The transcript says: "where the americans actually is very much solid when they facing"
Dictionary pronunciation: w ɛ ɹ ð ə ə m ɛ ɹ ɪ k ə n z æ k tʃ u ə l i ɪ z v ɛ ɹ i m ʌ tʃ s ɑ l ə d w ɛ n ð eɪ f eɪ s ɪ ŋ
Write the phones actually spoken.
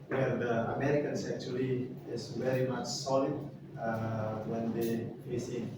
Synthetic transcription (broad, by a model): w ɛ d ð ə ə m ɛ ɹ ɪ k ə n s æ k tʃ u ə l i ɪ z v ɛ ɹ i m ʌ tʃ s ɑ l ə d w ɛ n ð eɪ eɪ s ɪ